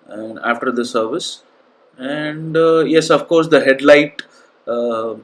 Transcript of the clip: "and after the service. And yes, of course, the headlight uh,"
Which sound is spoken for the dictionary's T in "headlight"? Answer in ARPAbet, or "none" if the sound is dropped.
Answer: T